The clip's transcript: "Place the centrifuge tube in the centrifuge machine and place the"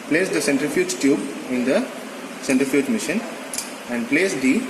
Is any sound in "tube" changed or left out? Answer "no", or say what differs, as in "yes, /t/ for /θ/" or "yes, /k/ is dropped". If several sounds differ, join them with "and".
no